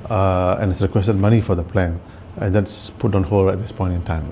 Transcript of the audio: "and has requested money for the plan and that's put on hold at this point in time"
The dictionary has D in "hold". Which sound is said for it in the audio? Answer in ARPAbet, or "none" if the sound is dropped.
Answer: none